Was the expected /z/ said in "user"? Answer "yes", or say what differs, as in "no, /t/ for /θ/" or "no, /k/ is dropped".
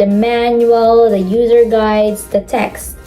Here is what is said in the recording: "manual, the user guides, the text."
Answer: yes